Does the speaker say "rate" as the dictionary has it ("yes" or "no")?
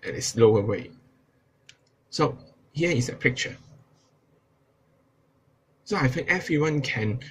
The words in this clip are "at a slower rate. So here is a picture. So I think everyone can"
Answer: no